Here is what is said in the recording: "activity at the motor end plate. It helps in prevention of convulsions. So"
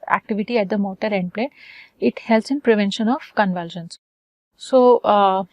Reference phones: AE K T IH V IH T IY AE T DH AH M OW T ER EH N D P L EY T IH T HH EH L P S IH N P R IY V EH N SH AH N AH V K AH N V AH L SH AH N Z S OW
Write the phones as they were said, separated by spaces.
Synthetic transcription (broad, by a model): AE K T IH V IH T IY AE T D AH M OW T ER EH N D P L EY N IH T HH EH L S IH N P R IY V EH N SH AH N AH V K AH N V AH L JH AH N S S OW